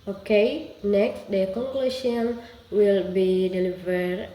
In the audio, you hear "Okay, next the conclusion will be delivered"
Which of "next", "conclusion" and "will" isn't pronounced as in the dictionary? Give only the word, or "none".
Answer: conclusion